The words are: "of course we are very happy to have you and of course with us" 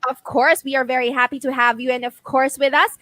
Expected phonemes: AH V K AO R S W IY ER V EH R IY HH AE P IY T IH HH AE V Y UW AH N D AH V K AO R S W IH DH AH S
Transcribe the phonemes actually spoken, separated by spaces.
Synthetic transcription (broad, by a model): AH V K AO R S W IY ER V EH R IY HH AE P IY T IH HH AE V Y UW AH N AH V K AO R S W IH DH AH S